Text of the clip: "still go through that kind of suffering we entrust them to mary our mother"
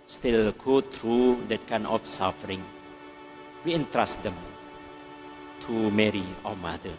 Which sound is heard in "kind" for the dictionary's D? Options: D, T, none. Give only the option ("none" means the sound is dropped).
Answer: none